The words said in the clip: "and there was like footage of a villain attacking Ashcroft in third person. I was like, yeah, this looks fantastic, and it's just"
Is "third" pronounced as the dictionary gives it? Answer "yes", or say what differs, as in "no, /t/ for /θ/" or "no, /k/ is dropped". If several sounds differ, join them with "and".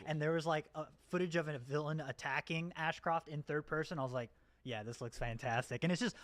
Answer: yes